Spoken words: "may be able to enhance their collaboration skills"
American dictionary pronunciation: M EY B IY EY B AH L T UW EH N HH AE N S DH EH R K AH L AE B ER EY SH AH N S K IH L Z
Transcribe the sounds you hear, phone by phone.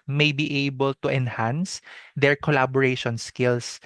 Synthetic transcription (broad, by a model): M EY B IY EY B AH L T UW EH N HH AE N S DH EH R K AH L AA B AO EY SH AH N S K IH L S